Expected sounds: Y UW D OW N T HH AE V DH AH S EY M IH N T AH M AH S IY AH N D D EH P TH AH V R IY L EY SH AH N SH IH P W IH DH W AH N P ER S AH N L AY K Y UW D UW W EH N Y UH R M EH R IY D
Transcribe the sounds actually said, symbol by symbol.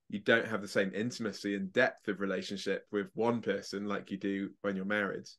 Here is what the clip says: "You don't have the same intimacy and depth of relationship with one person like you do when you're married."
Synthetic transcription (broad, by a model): Y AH D OW N T HH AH V DH AH S EY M IH N T AH M AH S IY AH N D D EH P TH AH V R IY L EY SH AH N SH IH P W IH DH W AH N P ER S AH N L AY K Y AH D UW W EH N Y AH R M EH R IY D